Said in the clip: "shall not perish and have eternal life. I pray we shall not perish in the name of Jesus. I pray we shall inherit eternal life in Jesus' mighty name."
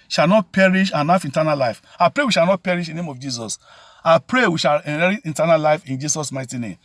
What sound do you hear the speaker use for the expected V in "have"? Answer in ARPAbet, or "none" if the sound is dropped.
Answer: F